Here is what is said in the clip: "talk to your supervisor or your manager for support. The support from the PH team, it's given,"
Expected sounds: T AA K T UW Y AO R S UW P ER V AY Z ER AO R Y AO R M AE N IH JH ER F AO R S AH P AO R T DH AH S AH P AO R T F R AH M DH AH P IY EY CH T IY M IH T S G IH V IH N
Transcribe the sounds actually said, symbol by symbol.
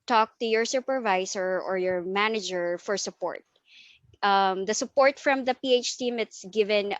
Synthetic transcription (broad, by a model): T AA K T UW Y AO R S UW P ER V AY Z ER AO R Y AO R M AE N IH JH ER F AO R S AH P AO R T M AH S AH P AO R T F R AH M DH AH P IY EY CH T IY M IH T S G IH V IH N